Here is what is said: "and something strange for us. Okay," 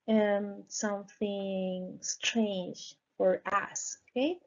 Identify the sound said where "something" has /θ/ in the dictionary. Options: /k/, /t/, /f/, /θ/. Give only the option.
/θ/